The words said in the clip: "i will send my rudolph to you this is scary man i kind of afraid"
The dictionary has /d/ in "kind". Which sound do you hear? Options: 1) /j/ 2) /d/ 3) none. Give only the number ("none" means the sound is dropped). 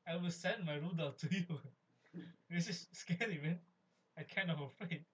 3